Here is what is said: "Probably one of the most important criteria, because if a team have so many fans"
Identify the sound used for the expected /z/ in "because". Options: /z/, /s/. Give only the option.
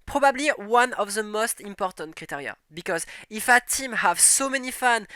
/z/